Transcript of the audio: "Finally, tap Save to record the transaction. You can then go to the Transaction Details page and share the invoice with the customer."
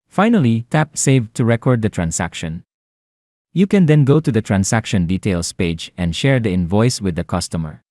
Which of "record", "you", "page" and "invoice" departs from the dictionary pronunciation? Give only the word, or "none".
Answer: none